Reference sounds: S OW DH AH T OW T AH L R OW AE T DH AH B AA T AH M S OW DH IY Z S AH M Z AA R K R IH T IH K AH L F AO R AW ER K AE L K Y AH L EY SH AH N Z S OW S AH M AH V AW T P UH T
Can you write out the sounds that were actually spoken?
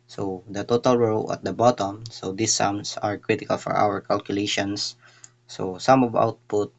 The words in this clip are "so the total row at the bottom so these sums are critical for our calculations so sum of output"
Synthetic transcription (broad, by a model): S OW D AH T OW T AH L R OW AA T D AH B AA T AH M S OW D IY S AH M S AA R K R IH T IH K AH L F AO R AW ER K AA L K Y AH L EY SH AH N S OW S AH M AH V AW T P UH T